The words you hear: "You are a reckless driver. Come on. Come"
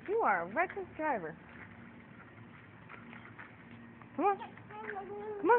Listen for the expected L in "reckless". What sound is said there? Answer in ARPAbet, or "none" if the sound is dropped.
none